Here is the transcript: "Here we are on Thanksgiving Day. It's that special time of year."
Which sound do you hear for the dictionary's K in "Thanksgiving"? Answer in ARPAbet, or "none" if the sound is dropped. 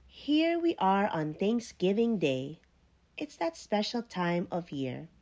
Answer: K